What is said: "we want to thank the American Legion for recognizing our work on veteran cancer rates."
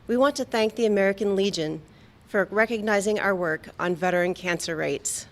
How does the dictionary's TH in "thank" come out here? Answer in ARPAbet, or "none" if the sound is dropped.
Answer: TH